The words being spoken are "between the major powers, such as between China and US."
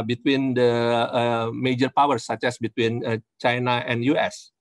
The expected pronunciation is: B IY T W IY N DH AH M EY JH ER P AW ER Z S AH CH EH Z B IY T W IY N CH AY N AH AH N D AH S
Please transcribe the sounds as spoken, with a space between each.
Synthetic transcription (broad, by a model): B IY T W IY N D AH M EY JH ER P AW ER S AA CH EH S B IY T W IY N CH AY N AH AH N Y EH S